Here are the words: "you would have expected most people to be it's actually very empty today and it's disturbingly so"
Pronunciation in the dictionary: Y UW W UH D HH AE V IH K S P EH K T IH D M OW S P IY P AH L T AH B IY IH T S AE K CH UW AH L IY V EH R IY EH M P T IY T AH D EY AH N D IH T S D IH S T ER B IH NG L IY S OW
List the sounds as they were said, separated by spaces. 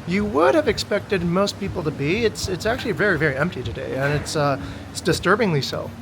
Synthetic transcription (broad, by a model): Y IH W UH D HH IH V IH K S P EH K T IH D M OW S P IY P L T AH B IY IH T S AE K CH UW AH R IY V EH R IY EH M P T IY T AH D EY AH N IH T S D IH S T ER B IH NG L IY S OW